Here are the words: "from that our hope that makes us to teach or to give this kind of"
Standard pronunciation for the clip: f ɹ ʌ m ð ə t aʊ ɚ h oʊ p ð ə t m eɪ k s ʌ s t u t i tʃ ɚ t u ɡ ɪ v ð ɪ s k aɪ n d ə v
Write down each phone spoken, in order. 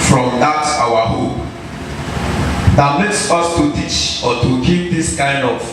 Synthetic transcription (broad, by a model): f ɹ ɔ m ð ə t aʊ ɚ h oʊ p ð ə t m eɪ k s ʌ s t u t i tʃ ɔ t u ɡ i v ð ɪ s k aɪ n d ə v